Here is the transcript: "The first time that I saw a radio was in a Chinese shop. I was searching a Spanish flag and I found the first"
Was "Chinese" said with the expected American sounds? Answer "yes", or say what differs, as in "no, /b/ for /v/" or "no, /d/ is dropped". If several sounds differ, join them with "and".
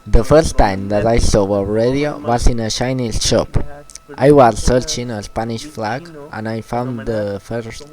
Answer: no, /ʃ/ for /tʃ/